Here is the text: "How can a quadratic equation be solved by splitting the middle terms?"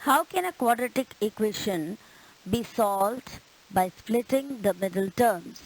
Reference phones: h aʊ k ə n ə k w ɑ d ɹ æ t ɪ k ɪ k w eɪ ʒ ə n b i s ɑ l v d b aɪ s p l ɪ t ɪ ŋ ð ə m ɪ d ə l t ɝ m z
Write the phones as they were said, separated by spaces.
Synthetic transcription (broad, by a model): h aʊ k ə n ə k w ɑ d ɹ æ t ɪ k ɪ k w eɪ ʃ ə n b i s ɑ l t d b aɪ s p l ɪ t ɪ ŋ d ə m ɪ d ə l t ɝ m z